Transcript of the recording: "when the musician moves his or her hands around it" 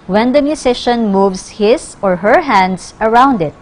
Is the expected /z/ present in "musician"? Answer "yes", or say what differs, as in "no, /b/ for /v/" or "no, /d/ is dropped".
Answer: no, /s/ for /z/